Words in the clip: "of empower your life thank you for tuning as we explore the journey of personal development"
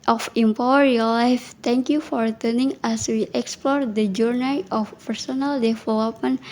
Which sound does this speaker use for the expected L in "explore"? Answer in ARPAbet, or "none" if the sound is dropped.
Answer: L